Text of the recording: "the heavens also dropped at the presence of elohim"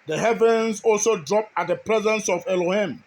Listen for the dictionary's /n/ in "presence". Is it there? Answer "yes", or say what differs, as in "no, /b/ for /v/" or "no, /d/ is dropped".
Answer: yes